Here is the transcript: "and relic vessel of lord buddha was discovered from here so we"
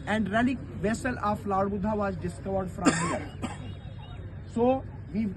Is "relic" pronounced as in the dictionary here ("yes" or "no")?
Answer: yes